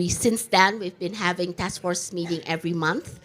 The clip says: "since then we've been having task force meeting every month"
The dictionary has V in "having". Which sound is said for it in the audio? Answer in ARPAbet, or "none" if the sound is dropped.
V